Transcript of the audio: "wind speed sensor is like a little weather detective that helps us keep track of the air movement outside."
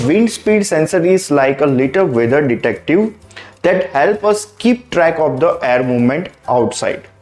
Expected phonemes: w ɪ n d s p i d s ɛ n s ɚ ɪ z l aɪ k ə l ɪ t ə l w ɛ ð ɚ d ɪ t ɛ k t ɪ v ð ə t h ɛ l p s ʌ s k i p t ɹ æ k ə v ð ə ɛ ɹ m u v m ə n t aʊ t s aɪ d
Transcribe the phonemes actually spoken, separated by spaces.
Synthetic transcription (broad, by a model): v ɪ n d s p i d s ɛ n s ɚ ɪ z l aɪ k ə l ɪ t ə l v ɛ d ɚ d ɪ t ɛ k t ɪ v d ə t h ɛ l p ʌ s k i p t ɹ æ k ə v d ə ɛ ɹ m u v m ə n t aʊ t s aɪ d